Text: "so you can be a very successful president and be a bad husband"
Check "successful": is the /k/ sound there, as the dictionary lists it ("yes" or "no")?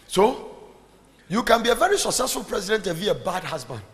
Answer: yes